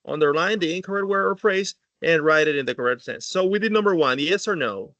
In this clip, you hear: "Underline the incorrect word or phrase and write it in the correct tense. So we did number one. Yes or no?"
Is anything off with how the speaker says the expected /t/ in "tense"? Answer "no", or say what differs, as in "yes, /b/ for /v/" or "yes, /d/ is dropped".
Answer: yes, /s/ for /t/